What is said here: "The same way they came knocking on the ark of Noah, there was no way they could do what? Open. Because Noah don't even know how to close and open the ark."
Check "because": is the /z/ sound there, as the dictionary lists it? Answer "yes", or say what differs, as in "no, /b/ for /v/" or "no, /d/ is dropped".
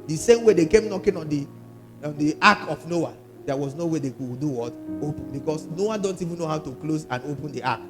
no, /s/ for /z/